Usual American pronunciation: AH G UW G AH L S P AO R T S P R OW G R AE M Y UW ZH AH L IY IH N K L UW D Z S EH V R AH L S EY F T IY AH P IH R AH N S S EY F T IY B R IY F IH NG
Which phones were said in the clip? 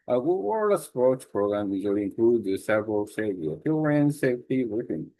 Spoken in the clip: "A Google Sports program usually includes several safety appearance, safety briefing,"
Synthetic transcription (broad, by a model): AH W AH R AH S P AO R T S P R OW G R AE M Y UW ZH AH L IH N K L UW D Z S EH V R AH L S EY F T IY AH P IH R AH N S S EY F T IY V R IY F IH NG